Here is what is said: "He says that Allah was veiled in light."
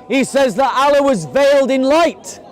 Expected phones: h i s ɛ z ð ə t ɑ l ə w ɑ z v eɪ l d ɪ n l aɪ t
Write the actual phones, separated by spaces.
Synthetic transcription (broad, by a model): h i s ɛ z ð ə t ɑ l ə w ɑ z v eɪ l d ɪ n l aɪ t